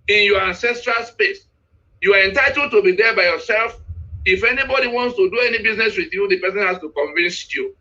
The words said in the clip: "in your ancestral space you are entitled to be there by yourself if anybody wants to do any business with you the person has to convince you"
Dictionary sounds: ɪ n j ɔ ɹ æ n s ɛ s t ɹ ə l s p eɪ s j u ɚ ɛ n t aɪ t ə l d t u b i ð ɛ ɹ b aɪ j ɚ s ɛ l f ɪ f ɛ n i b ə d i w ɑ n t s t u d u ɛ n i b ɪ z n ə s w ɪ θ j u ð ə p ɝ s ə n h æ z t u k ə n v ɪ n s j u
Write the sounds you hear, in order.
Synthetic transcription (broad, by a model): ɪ n j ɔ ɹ æ n s ɛ s t ɹ ə l s p eɪ s j u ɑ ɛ n t aɪ t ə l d t u b i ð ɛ b aɪ j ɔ s ɛ l f ɪ f ɛ n i b ə d i w ɑ n t s t u d u ɛ n i b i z n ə s w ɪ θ j u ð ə p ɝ s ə n h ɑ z t u k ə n v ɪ n s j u